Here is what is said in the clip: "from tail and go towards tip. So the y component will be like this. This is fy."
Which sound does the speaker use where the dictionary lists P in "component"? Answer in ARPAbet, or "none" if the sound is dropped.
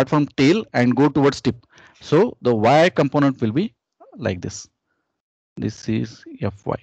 P